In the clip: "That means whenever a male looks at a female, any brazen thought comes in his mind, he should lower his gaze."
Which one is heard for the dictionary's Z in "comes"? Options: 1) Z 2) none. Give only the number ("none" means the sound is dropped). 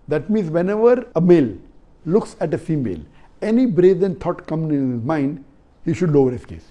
2